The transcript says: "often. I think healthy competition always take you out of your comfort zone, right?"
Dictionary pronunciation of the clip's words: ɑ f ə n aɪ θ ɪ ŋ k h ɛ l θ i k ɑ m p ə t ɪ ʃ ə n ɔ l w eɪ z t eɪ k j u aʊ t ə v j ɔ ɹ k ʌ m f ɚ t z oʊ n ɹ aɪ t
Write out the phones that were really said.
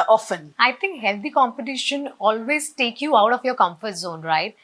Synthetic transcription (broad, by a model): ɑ f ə n aɪ t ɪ ŋ k h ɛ l t i k ɑ m p ə t ɪ ʃ ə n ɔ l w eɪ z t eɪ k j u aʊ t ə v j ɔ ɹ k ʌ m f ɚ t z oʊ n ɹ aɪ t